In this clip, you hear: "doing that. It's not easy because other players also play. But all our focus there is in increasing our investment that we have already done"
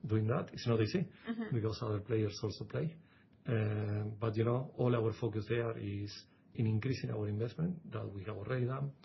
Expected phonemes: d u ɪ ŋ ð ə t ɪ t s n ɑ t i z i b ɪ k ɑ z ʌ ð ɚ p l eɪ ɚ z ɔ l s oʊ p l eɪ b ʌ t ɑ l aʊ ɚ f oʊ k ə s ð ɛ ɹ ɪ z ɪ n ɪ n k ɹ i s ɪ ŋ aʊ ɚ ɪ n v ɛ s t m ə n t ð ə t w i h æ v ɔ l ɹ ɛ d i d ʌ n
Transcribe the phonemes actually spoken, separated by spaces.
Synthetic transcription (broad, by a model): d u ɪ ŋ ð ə t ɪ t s n ɑ t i s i b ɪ k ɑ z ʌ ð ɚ p l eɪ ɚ s ɔ l s oʊ p l eɪ b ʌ t ɑ l aʊ ɚ f oʊ k ə s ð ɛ ɹ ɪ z ɪ n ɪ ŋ k ɹ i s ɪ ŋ aʊ ɚ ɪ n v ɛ s t m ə n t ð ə t w i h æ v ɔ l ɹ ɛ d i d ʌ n